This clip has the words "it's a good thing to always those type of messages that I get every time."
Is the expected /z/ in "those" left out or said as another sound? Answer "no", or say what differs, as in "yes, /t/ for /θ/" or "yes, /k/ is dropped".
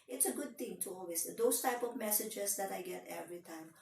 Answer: yes, /s/ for /z/